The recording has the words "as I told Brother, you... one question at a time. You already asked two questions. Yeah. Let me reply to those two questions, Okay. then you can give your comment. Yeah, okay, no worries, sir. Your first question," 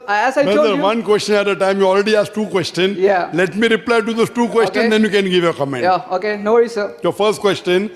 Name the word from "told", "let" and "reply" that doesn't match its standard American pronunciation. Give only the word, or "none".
told